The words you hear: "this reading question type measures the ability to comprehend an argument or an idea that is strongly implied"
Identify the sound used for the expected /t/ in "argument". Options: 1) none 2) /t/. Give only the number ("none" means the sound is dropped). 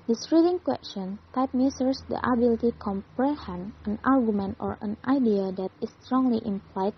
2